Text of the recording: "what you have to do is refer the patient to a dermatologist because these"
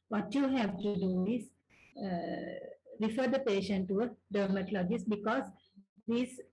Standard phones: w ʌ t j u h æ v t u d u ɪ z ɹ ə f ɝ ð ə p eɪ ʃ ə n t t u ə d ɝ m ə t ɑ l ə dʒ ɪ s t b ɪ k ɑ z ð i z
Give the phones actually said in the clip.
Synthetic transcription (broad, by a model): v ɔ t j u h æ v t u d u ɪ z ɹ ə f ɝ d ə p eɪ ʃ ə n t t u ə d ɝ m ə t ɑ l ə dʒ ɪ s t b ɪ k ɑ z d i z